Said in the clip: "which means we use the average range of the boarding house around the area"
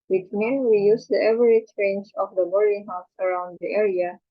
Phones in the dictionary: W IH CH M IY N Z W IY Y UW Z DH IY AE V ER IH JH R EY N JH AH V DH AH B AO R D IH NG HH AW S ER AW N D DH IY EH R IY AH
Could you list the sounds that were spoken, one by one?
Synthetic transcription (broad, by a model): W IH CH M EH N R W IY Y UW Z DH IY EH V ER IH CH R EY N JH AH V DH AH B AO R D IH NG HH AW S ER AW N D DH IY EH R IY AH